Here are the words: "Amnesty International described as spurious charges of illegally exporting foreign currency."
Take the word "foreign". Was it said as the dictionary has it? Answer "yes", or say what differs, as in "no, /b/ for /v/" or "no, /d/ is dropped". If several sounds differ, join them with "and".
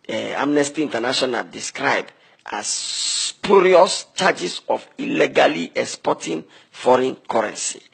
yes